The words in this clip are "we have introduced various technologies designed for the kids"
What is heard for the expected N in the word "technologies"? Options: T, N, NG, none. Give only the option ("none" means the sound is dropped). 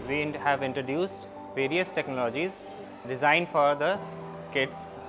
N